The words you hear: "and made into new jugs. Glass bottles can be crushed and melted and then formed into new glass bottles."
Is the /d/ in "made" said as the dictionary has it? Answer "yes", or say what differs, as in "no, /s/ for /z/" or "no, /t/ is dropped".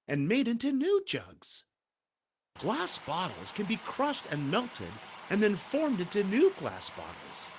yes